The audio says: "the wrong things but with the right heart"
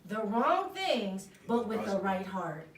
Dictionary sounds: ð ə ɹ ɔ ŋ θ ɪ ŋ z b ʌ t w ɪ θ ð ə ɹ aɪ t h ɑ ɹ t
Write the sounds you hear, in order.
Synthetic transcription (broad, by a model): ð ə ɹ ɔ ŋ θ ɪ ŋ z b ʌ t w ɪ ð ə ɹ aɪ t h ɑ ɹ t